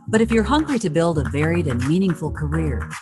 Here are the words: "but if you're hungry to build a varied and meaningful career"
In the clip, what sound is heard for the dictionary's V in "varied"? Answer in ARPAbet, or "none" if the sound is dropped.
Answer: V